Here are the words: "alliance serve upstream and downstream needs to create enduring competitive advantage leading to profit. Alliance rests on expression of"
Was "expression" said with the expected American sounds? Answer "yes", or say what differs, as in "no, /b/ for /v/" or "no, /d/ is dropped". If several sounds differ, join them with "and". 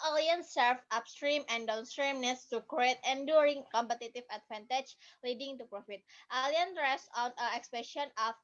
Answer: no, /ɹ/ is dropped